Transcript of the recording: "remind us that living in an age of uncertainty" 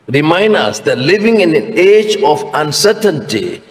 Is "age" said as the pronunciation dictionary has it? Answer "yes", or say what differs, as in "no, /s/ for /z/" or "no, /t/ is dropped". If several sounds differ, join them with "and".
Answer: yes